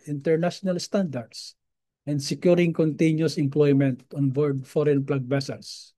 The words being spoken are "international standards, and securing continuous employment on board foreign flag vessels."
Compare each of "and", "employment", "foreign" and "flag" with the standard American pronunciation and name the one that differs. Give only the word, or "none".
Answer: flag